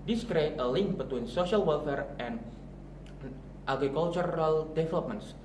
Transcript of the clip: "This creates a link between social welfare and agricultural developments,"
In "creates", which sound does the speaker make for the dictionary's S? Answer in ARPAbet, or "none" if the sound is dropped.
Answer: none